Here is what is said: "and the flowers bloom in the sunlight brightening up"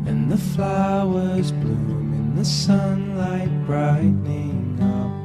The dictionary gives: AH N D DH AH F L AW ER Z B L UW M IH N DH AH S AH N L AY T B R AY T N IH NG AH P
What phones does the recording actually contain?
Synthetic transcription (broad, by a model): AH N DH AH F L AW ER Z B L UW M IH N DH AH S AH N L AY T B R AY T N IH NG AH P